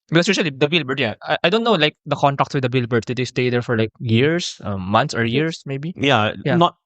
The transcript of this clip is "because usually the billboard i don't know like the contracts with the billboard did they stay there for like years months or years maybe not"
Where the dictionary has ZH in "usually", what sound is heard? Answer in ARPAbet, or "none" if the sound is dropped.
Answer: SH